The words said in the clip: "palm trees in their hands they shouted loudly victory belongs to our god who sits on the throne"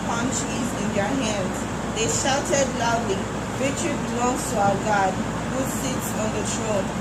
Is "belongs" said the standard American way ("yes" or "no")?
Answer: no